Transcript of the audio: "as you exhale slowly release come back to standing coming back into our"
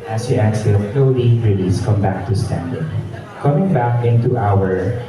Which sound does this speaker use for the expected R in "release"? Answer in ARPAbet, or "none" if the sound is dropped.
R